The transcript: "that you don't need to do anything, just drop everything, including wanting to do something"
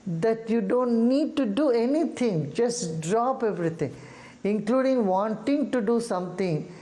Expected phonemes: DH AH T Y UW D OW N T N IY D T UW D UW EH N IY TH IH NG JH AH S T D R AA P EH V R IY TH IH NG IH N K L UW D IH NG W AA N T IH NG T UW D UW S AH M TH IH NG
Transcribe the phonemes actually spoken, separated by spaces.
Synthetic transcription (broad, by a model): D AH T Y UW D OW N T N IY D T UW D UW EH N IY T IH NG JH AH S T D R AA P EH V R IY T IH NG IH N K L UW D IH NG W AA N T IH NG T UW D UW S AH M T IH NG